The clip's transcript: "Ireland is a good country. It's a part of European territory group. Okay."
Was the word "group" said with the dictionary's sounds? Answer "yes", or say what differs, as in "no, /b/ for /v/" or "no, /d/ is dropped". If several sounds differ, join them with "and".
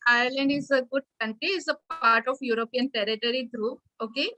no, /p/ is dropped